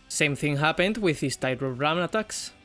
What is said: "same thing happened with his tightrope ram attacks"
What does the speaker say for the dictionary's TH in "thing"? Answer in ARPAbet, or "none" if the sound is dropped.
TH